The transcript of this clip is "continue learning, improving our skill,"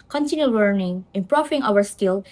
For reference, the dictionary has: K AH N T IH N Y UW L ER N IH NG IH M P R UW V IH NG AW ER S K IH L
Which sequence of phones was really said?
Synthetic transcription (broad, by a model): K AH N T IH N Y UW L ER N IH NG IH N P R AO F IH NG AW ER S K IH L